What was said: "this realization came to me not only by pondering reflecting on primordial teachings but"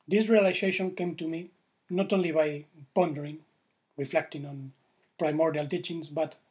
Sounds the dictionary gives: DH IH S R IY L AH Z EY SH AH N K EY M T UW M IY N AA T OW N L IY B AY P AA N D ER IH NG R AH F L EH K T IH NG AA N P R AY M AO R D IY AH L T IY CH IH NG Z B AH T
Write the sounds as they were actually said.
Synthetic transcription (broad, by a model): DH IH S R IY L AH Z EY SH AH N K EY M T UW M IY N AA T OW N L IY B AY P AA N D ER IH NG R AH F L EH K T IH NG AA N P R AY M AO R D IY AH L T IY CH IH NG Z B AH T